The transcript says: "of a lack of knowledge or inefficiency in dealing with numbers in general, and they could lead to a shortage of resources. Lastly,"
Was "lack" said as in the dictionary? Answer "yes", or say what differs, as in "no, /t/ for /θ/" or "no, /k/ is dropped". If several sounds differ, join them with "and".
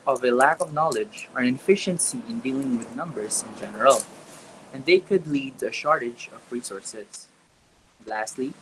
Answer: yes